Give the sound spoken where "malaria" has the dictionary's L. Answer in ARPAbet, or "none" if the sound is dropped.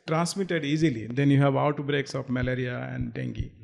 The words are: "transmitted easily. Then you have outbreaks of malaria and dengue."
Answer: L